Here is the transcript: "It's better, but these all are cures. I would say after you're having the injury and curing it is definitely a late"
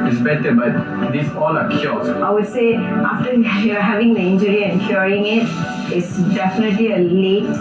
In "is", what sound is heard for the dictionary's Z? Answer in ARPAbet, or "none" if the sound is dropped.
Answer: S